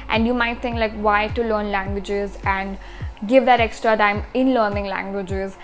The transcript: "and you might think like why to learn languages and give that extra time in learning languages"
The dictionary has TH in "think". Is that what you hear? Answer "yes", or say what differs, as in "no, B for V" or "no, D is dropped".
no, T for TH